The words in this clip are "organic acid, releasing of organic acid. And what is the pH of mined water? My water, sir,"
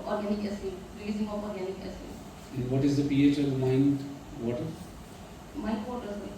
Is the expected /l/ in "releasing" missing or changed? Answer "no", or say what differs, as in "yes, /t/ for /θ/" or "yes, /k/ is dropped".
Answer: yes, /l/ is dropped